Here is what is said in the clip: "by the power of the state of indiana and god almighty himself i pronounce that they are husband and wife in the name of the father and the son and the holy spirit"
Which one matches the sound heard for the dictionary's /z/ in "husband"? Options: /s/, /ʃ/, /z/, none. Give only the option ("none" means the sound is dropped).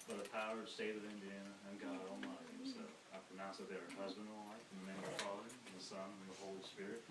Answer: /z/